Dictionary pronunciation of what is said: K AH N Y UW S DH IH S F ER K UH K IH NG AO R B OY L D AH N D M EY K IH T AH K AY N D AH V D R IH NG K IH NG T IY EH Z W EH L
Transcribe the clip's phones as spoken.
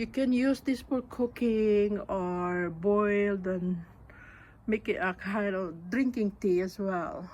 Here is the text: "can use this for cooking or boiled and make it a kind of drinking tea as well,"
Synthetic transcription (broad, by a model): K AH N Y UW S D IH S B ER K UH K IH NG AO R B OY L D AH N M EY K IH T AH K AY N D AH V D R IH NG K IH NG T IY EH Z W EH L